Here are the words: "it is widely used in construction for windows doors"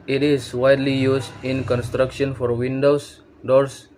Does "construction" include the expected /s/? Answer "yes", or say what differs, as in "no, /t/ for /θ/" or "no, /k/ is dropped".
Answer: yes